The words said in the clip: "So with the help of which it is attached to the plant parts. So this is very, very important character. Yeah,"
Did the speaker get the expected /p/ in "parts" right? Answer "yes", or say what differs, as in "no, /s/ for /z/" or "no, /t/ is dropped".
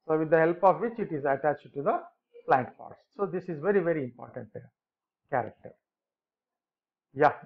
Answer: no, /f/ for /p/